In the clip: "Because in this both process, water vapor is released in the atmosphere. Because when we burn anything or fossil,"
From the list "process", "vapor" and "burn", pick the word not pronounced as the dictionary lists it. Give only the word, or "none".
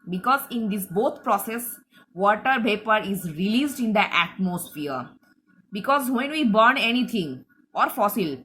vapor